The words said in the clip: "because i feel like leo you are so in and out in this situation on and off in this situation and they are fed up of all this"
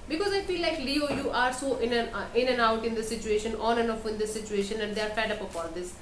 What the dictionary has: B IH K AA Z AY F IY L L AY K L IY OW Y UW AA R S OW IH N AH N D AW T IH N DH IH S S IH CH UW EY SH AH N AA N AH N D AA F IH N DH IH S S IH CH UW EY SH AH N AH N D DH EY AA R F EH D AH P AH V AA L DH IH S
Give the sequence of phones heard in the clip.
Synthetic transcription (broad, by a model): B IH K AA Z AY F IY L L AY K L IY OW Y UW AA R S OW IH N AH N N AW T IH N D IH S S IH CH UW EY SH AH N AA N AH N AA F IH N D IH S S IH CH UW EY SH AH N AH N D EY AA R F EH D AH P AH P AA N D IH S